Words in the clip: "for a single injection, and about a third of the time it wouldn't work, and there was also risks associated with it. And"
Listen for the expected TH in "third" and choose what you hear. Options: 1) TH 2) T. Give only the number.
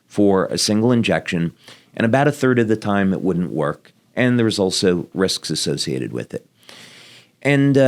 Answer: 1